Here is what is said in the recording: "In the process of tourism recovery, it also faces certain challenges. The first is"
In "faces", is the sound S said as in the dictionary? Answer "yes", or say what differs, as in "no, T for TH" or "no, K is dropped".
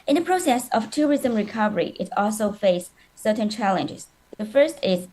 no, S is dropped